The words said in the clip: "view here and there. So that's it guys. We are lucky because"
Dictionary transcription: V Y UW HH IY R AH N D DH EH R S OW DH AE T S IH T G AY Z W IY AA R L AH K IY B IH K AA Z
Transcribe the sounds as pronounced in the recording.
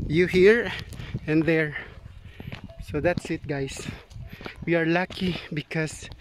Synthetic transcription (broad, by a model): Y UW HH IY R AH N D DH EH R S OW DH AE T S IH T G AY S W IY AA R L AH K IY B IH K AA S